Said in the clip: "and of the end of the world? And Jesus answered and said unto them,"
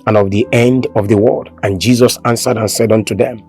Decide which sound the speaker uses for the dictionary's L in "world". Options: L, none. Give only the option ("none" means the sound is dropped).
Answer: none